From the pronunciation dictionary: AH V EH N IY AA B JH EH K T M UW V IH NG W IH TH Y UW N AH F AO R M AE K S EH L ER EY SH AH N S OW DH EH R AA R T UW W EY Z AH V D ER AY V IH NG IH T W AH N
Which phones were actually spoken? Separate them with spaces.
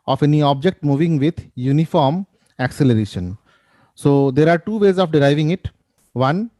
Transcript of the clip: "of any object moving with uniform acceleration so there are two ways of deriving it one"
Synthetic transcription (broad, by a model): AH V EH N IY AA B JH EH K T M UW V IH NG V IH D Y UW N AH F AO R M AE K S EH L ER EY SH AH N S OW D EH R AA R T UW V EY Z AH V D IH AY V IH NG IH T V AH N